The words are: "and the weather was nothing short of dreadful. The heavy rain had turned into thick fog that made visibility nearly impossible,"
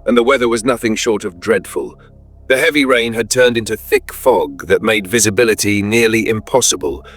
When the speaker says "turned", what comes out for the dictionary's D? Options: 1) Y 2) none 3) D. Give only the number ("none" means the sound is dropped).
3